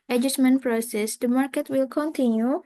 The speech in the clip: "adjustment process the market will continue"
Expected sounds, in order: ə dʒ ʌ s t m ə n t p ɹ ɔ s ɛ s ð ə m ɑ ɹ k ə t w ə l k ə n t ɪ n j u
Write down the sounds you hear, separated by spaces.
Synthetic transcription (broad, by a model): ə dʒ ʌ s m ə n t p ɹ ɔ s ɛ s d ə m ɑ ɹ k ə t w ə l k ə n t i n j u